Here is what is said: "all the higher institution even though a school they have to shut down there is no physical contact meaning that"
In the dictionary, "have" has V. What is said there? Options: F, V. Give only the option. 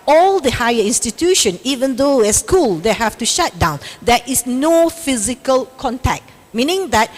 F